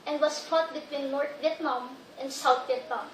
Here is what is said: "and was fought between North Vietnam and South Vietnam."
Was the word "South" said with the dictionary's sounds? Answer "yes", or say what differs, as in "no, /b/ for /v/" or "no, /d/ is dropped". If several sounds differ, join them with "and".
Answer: no, /t/ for /θ/